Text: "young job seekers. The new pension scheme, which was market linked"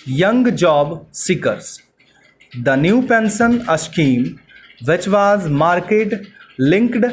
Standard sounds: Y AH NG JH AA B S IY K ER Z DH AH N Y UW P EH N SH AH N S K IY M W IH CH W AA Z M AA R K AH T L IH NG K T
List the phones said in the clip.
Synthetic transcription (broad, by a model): Y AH NG JH AA B S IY K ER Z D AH N Y UW P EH N S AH N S K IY M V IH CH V AA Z M AA R K AH T L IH NG K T